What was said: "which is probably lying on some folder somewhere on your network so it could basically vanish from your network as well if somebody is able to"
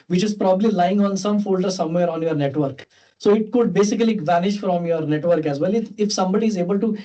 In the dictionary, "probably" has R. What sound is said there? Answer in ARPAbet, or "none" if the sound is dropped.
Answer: R